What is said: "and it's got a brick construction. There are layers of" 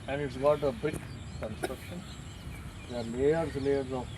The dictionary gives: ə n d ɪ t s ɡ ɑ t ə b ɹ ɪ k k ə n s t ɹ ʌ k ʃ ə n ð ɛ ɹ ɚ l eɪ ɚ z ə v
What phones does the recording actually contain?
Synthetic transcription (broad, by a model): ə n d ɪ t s ɡ ɑ t ə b ɪ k k ə n s t ɹ ʌ k ʃ ə n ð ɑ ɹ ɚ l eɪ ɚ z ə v